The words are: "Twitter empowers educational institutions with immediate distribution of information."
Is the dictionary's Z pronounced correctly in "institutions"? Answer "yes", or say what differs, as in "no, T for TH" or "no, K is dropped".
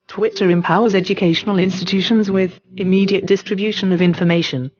yes